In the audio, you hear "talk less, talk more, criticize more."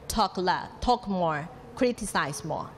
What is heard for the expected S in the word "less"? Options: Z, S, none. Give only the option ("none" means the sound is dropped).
none